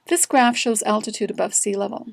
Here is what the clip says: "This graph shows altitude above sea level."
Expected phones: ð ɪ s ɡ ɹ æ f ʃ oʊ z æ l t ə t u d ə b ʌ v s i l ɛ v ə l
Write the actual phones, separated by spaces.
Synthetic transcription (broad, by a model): ð ɪ s ɡ ɹ æ f ʃ oʊ z æ l t ə t u d ə b ʌ v s i l ɛ v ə l